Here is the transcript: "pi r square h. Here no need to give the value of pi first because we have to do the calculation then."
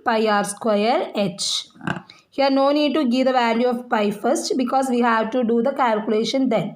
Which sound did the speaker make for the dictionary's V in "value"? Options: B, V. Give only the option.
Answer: V